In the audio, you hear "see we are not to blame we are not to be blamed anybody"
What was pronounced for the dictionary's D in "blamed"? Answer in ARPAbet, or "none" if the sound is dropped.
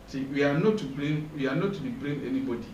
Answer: none